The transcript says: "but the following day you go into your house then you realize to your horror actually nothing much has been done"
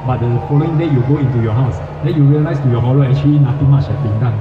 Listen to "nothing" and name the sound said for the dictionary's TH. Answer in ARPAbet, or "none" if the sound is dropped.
T